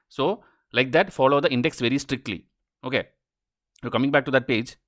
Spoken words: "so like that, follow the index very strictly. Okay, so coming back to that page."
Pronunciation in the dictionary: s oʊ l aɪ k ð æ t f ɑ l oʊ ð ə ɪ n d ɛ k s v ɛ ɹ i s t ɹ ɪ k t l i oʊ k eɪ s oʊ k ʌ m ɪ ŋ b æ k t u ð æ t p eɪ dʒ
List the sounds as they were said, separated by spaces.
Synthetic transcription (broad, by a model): s oʊ l aɪ k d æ t f ɑ l oʊ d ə ɪ n d ɛ k s v ɛ ɹ i s t ɹ ɪ k t l i oʊ k eɪ s oʊ k ʌ m ɪ ŋ b æ k t u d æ t p eɪ dʒ